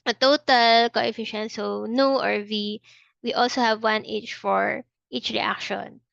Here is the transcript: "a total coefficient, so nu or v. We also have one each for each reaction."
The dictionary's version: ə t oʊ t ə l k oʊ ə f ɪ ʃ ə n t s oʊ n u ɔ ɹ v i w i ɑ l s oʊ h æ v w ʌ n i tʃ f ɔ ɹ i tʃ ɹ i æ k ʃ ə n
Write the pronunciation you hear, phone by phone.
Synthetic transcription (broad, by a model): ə t oʊ t ə l k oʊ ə f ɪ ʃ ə n t s oʊ n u ɔ ɹ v i w i ɑ l s oʊ h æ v w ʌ n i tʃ f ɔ ɹ i tʃ ɹ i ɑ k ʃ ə n